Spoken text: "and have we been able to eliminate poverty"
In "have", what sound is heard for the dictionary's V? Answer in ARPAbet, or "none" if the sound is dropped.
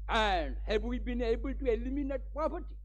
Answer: B